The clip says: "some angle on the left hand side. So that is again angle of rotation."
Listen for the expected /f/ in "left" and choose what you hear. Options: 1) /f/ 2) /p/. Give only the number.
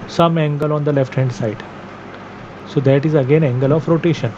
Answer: 1